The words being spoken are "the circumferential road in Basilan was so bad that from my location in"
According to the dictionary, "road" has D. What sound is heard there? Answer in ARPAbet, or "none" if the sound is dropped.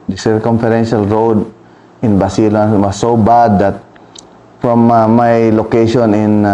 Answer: D